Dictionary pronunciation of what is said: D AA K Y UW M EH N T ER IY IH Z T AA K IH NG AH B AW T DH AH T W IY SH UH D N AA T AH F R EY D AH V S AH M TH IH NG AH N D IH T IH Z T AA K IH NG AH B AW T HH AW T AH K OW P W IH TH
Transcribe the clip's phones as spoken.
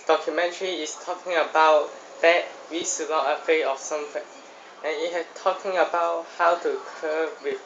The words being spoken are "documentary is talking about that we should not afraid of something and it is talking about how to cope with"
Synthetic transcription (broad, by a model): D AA K Y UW M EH N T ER IY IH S T AA K IH NG AH B AW T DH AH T W IY S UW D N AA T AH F EY AH F S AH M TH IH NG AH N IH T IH S T AA K IH NG AH B AW T HH AW T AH K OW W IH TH